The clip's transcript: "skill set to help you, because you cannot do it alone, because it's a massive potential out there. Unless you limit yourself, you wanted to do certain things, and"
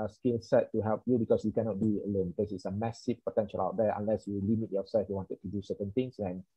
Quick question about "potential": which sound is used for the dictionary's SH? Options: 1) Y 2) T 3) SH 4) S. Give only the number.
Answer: 3